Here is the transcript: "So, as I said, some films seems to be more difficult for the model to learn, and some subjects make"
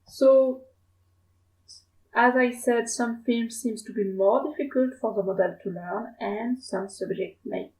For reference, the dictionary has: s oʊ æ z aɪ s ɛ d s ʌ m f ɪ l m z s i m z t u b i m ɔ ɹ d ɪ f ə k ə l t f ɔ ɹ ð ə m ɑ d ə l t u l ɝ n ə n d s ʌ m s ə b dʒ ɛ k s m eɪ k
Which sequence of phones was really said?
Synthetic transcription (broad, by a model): s oʊ æ z aɪ s ɛ d s ʌ m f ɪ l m s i m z t u b i m ɔ ɹ d ɪ f ə k ə l t f ɔ ɹ ð ə m ɑ d ə l t u l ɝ n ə n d s ʌ m s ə b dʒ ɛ k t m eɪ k